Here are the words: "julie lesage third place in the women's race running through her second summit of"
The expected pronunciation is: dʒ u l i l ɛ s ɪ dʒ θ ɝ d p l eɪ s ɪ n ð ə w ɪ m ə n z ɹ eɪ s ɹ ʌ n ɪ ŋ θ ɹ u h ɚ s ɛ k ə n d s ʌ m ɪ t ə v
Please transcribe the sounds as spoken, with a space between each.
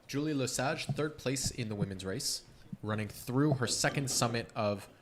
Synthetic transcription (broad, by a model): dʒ u l i l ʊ s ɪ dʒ θ ɝ d p l eɪ s ɪ n ð ə w ɪ m ə n z ɹ eɪ s ɹ ʌ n ɪ ŋ θ ɹ u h ɚ s ɛ k ə n d s ʌ m ɪ t ə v